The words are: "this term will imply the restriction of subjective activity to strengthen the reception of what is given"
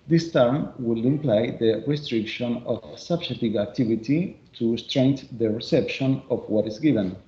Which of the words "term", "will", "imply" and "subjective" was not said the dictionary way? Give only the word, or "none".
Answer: subjective